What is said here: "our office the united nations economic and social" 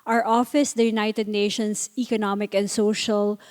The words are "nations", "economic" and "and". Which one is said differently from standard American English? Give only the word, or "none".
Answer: nations